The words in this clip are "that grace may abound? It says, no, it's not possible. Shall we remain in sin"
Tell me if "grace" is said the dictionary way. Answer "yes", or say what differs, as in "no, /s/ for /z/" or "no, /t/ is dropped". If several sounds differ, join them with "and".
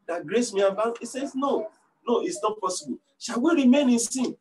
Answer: yes